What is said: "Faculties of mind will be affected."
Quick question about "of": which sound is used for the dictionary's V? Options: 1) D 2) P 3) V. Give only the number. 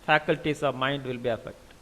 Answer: 3